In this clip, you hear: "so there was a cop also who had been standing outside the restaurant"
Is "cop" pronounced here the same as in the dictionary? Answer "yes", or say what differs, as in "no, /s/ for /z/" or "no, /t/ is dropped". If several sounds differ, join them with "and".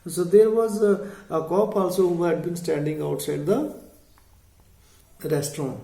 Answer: yes